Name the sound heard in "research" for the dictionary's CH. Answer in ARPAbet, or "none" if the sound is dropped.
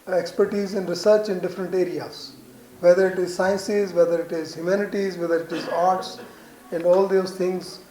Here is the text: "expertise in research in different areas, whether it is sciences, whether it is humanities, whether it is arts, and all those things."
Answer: CH